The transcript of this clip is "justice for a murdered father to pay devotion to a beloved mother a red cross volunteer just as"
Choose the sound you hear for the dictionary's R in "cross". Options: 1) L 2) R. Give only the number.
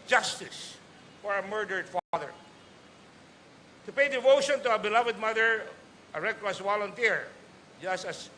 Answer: 1